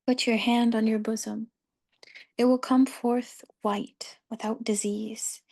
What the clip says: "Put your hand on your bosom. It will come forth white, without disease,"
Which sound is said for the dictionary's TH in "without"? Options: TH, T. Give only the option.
TH